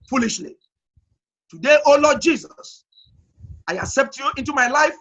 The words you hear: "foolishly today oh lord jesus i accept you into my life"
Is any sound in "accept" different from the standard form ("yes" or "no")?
no